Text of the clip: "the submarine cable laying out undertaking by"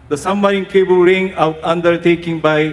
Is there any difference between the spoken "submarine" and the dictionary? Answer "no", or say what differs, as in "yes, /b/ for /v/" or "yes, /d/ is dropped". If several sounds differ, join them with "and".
yes, /b/ is dropped